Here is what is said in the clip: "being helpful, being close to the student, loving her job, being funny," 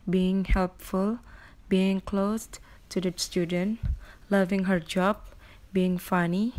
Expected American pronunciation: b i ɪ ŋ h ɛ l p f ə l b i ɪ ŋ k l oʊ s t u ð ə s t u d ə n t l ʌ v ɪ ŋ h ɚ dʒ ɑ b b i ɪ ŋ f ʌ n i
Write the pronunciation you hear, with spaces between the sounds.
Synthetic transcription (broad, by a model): b i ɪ ŋ h ɛ l p f ə l b i ɪ ŋ k l oʊ s t u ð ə s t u d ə n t l ʌ v ɪ ŋ h ɚ dʒ ɑ b b i ɪ ŋ f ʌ n i